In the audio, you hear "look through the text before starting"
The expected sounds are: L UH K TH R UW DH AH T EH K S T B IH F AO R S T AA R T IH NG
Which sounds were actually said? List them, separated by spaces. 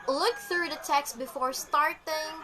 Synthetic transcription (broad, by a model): L UH K TH R UW DH AH T EH K S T B IH F AO R S T AA R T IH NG